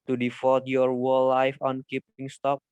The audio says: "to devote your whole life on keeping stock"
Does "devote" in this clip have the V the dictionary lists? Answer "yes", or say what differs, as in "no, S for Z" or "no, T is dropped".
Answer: no, F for V